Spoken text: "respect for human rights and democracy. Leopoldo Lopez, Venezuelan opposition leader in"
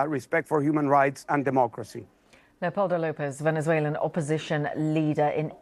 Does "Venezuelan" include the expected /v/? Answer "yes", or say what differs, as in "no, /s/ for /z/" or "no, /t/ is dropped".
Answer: yes